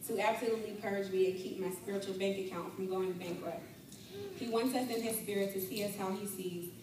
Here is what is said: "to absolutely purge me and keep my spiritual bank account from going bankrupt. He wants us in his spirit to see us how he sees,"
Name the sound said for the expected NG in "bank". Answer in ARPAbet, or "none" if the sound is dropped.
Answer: NG